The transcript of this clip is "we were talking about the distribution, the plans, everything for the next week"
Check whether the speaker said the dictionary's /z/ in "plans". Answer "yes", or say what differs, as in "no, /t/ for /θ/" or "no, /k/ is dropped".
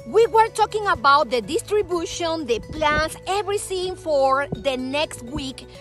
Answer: no, /s/ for /z/